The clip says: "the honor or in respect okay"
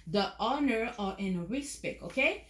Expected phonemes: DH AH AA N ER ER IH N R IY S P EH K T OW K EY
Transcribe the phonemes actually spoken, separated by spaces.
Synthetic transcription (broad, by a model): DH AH AA N ER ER IH N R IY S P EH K OW K EY